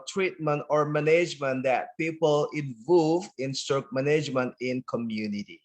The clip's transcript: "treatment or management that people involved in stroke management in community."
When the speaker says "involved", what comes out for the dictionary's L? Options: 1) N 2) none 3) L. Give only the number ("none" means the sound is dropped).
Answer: 2